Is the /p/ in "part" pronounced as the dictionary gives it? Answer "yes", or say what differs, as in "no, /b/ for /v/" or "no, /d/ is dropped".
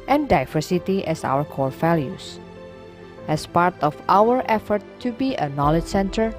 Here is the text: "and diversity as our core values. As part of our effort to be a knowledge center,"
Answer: yes